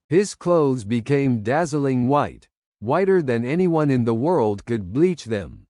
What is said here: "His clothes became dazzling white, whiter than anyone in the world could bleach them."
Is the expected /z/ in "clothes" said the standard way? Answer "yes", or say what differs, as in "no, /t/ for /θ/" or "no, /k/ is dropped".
yes